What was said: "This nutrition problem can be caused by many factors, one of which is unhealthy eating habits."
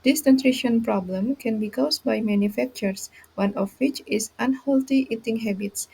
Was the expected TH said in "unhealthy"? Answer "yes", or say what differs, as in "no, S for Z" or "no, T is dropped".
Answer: no, T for TH